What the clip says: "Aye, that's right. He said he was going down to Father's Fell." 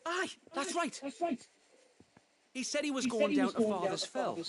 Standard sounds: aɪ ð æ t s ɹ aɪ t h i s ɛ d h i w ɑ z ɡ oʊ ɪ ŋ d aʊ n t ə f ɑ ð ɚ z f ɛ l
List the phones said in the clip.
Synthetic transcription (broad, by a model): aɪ ð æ t s ɹ aɪ t h i s ɛ d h i w ɑ z ɡ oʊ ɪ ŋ d aʊ n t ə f ɑ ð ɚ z f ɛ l